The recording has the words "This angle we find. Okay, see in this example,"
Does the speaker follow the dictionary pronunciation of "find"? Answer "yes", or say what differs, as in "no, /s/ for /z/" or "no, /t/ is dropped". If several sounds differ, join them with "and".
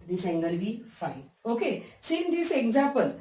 no, /d/ is dropped